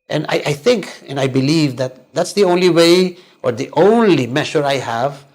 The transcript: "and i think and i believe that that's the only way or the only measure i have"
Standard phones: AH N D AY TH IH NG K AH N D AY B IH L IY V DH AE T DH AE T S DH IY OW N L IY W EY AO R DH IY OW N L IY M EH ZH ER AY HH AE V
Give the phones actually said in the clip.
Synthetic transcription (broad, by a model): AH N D AY TH IH NG K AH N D AY B IH L IY V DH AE T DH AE T S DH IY OW N L IY W EY AO R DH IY OW N L IY M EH SH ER AY HH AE V